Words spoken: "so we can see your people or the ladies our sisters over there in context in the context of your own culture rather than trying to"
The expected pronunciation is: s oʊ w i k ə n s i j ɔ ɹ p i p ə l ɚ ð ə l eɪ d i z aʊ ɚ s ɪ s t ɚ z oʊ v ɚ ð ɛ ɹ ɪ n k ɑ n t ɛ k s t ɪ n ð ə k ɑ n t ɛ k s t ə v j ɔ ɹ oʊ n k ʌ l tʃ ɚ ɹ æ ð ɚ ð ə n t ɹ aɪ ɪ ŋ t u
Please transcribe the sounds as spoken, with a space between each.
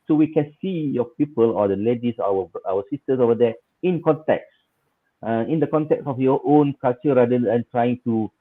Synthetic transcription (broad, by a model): s oʊ w i k ə n s i j ɔ p i p ə l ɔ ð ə l eɪ d i s aʊ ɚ s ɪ s t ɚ s oʊ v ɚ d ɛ ɪ n k ɑ n t ɛ k s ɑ ɪ n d ə k ɑ n t ɛ k s ə f j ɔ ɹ oʊ n k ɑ l tʃ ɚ ɹ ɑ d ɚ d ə n t ɹ aɪ ɪ ŋ t u